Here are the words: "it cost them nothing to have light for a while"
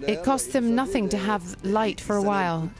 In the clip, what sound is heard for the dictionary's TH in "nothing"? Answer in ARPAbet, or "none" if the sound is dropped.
TH